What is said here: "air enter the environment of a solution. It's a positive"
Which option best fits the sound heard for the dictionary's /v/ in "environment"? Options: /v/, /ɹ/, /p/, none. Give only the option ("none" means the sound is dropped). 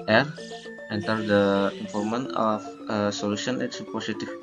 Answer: /p/